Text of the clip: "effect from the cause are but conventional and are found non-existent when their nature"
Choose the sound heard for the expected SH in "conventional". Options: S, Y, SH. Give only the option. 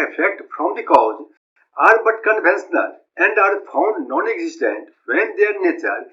S